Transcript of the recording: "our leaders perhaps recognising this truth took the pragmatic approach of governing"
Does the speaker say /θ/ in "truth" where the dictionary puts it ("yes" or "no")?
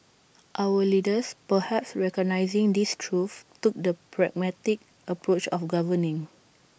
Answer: no